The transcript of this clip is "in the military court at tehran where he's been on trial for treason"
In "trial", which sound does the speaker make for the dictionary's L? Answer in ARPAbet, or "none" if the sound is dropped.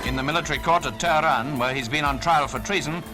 L